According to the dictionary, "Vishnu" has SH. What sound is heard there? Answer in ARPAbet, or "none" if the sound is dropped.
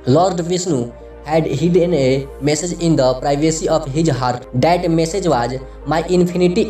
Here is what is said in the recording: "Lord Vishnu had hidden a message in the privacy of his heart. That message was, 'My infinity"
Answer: S